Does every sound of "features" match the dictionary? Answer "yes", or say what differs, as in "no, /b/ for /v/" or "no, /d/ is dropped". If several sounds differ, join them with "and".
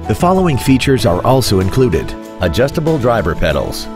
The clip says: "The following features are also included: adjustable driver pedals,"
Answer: yes